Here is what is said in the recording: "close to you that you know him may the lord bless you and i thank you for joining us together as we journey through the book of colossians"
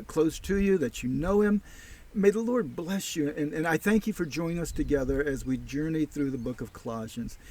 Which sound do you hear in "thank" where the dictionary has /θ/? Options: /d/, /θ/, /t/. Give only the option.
/θ/